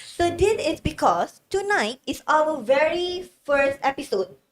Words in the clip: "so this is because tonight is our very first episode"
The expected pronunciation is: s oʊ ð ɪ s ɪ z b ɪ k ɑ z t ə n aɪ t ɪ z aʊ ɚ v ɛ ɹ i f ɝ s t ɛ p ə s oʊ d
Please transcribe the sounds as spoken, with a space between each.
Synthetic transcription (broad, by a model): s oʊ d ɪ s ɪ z b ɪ k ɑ s t ə n aɪ t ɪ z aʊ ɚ v ɛ ɹ i f ɝ s t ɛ p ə s oʊ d